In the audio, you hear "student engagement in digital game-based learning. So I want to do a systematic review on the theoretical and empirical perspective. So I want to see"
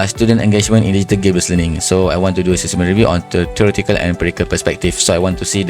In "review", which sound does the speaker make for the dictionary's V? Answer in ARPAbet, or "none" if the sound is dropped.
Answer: V